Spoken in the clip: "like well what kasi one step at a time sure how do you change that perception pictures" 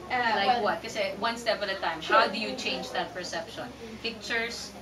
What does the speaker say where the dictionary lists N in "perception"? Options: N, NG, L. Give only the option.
N